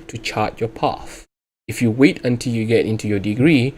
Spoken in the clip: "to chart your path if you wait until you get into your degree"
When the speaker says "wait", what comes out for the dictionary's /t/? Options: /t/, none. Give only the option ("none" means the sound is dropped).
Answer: /t/